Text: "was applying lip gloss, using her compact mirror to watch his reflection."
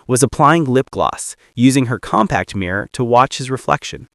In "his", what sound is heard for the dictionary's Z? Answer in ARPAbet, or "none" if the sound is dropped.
Z